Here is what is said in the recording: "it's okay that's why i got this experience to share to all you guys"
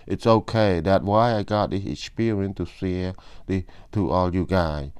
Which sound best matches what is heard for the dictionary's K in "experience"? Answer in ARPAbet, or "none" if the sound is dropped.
none